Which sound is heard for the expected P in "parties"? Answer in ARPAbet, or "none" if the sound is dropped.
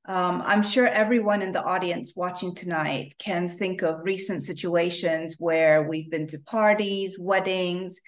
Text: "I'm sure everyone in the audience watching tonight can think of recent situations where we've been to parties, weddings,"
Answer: P